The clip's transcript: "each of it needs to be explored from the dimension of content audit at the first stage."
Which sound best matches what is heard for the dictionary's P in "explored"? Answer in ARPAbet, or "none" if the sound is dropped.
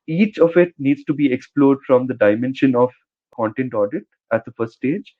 P